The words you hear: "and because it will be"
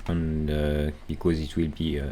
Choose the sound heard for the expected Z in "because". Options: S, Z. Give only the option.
Z